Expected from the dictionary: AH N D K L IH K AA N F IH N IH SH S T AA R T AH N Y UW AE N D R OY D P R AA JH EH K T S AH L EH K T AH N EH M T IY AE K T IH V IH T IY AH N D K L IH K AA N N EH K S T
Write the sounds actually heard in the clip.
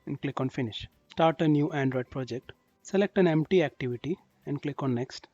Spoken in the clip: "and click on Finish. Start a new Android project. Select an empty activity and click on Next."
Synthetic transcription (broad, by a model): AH N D K L IH K AA N F IH N IH SH S T AA R T AH N Y UW AE N D R OY D P R AA JH EH K T S AH L EH K T AH N EH M T IY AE K T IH V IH T IY AH N D K L IH K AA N N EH K S T